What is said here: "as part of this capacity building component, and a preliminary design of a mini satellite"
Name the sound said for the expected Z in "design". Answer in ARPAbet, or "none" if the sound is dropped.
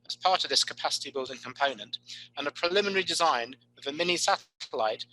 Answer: Z